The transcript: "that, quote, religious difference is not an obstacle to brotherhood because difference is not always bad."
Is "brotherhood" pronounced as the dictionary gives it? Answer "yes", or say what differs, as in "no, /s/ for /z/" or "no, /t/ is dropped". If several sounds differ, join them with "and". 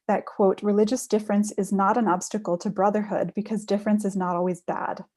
yes